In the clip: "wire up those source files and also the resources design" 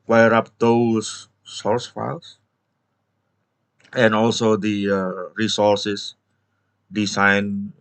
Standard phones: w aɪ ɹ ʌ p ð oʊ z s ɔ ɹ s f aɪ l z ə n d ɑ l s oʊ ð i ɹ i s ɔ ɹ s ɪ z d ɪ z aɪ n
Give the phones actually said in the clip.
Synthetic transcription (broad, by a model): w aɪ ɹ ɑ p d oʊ s ɔ ɹ s f aɪ l s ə n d ɑ l s oʊ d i ɹ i s ɔ ɹ s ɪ s d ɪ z aɪ n